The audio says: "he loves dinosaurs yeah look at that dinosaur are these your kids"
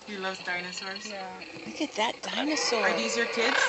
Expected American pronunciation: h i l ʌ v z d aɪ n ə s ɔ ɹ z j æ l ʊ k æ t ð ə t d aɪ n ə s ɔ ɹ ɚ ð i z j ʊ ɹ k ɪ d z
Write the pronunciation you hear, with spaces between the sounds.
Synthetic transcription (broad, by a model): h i l ʌ v z d aɪ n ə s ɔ ɹ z j æ w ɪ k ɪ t ð ə t d aɪ n ə s ɔ ɹ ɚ ð i z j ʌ ɹ k ɪ d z